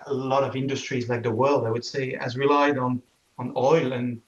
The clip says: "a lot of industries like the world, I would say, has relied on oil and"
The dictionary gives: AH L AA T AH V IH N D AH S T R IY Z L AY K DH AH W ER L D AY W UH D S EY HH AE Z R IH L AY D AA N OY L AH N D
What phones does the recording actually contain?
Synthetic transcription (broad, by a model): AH L AA T AH V IH N D AH S T R IY Z L AY K DH AH W ER L D AY W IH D S EY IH Z R IH L AY D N N OY L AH N